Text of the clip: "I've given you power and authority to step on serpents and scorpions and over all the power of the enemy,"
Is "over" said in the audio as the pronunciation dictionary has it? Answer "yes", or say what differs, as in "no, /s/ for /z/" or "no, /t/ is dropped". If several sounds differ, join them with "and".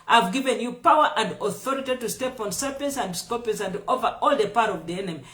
yes